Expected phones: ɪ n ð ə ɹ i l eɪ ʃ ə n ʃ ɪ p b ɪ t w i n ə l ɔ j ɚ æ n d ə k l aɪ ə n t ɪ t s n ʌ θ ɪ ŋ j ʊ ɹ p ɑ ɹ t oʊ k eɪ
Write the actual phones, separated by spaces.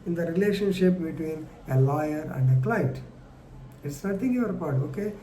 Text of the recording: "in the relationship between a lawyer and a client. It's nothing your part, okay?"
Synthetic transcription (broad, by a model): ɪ n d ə ɹ i l eɪ ʃ ə n ʃ ɪ p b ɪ t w i n ə l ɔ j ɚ æ n d ə k l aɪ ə t ɪ t s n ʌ t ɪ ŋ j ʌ ɹ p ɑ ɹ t oʊ k eɪ